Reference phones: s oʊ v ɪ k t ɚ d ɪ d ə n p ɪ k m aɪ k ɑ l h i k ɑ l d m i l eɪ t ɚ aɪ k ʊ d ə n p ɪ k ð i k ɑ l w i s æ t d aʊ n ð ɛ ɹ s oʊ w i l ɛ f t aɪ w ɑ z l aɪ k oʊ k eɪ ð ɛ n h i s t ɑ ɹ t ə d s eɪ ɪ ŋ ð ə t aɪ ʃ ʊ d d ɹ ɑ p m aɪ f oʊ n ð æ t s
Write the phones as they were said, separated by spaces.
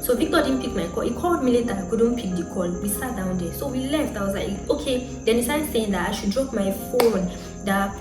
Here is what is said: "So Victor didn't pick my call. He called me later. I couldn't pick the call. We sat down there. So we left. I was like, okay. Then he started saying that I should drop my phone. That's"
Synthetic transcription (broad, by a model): s oʊ b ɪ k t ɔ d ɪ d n p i k m aɪ k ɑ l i k ɑ l d m i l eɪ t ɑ aɪ k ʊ d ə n p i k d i k ɑ l w i s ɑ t d aʊ n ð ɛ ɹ s oʊ w i l ɛ f t aɪ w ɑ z l aɪ k oʊ k eɪ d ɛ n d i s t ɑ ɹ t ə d s eɪ ɪ ŋ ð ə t aɪ ʃ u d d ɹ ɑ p m aɪ f oʊ n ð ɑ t